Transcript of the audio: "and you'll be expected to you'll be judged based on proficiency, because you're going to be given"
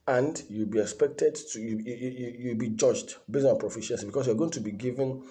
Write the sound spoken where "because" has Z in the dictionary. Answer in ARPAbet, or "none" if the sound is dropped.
S